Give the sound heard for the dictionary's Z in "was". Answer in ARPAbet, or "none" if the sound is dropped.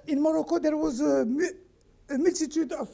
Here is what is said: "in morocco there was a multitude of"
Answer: Z